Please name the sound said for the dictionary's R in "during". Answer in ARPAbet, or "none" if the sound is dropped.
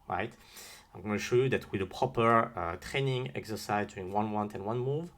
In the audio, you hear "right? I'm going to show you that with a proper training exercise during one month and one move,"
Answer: none